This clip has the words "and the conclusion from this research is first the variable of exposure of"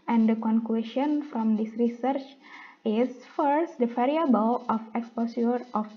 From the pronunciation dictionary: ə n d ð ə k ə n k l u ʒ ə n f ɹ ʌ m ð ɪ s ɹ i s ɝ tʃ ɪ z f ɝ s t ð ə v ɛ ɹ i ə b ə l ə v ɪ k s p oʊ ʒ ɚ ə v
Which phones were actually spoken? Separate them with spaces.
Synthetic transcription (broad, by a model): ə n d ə k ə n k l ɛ ʃ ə n f ɹ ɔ m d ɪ s ɹ i s ɝ tʃ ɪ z f ɝ s t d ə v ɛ ɹ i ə b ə l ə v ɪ k s p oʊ s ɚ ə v